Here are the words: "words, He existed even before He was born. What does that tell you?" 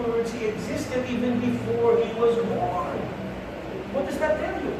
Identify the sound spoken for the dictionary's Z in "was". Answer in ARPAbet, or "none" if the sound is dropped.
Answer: Z